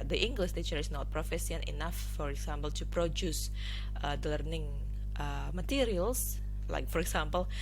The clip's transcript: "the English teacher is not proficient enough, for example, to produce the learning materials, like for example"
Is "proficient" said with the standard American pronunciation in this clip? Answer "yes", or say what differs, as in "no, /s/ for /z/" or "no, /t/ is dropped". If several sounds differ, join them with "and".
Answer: no, /s/ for /ʃ/